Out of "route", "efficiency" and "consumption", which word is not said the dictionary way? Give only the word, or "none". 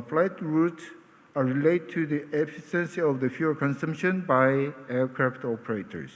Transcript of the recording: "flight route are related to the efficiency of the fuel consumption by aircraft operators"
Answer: efficiency